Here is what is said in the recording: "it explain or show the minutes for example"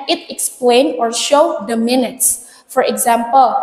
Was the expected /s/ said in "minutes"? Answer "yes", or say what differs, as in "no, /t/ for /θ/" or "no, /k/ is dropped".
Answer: yes